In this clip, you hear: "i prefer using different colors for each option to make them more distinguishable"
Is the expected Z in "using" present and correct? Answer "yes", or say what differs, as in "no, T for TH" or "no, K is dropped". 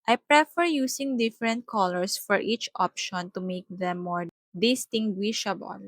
no, S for Z